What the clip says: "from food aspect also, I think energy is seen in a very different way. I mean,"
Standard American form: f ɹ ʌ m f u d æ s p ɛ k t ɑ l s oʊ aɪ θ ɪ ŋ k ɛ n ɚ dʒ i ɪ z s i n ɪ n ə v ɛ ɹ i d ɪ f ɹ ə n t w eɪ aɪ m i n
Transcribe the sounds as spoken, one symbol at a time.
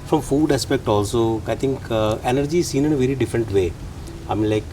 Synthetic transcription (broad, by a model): f ɹ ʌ m f u d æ s p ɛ k t ɑ l s oʊ aɪ t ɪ ŋ k ɛ n ɚ dʒ i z s i n ɪ n ə v ɛ ɹ i d ɪ f ɹ ə n t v eɪ aɪ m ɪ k